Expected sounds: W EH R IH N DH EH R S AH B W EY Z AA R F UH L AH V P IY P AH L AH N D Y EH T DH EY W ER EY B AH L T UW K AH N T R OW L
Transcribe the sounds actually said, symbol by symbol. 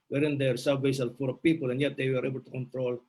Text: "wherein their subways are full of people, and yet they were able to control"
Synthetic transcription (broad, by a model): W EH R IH N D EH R S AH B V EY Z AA L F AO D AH P IY P AH L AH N Y EH T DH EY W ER EY B AH L T UW K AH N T R OW L